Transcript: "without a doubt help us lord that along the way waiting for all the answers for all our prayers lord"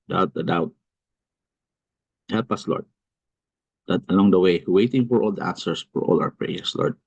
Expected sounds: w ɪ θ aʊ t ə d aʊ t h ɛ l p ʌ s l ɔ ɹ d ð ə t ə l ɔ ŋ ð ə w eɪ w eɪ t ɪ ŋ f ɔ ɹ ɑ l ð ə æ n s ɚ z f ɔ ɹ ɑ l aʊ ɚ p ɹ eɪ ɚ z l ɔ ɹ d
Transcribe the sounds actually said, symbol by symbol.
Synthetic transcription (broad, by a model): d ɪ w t ə d aʊ t h ɛ l p ʌ s l ɔ ɹ d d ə t ə l ɔ ŋ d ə w eɪ w eɪ t ɪ ŋ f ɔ ɹ ɑ l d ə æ n s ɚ s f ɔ ɹ ɑ l aʊ ɚ p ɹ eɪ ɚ s l ɔ ɹ d